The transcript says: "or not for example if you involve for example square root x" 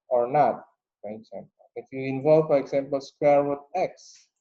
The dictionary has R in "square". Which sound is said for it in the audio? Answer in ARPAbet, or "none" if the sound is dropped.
R